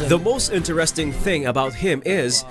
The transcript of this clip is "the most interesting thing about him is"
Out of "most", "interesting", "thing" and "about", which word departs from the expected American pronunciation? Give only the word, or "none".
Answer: none